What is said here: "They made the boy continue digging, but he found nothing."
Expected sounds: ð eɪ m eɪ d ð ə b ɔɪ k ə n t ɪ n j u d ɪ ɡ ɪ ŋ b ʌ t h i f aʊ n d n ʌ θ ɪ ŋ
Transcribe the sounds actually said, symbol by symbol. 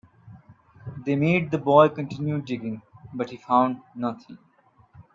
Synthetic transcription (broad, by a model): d eɪ m eɪ d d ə b ɔɪ k ə n t ɪ n j u d ɪ ɡ ɪ ŋ b ʌ t h i f aʊ n d n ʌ t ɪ ŋ